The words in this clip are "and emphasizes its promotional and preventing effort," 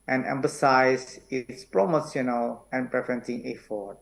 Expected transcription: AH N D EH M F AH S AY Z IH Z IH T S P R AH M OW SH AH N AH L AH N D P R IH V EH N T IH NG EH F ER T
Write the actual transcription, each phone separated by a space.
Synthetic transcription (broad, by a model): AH N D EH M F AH S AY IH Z IH T S P R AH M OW S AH N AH L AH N P R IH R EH N S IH NG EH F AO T